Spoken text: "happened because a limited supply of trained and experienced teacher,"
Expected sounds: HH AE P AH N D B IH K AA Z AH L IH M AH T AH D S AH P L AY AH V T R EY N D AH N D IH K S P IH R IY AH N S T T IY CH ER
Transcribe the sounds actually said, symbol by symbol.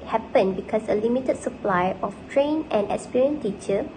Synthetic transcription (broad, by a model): HH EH P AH N B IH K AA S AH L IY M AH T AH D S AH P L AY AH F T R EY N AH N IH K S P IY R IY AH N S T T IY CH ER